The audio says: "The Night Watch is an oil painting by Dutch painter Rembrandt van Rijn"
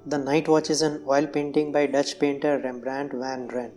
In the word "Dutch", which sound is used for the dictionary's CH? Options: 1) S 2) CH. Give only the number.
2